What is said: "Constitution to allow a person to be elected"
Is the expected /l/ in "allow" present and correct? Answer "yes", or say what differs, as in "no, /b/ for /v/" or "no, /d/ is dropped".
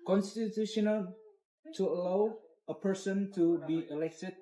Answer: yes